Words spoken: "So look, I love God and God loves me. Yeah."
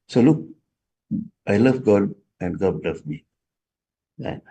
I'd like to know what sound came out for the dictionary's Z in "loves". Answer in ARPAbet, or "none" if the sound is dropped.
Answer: none